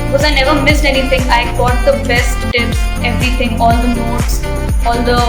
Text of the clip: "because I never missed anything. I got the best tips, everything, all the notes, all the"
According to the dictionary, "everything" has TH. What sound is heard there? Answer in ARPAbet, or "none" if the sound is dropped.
T